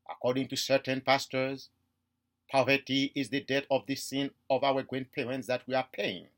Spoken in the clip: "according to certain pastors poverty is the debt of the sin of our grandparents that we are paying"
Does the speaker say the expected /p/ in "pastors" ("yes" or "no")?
yes